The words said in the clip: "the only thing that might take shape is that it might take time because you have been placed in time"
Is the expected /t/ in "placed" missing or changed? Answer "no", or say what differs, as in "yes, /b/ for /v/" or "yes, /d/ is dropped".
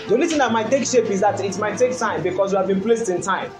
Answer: no